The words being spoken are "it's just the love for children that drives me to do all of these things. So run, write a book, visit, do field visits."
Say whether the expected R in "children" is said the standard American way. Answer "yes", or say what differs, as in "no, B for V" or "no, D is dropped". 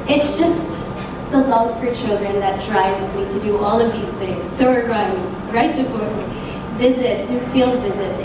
yes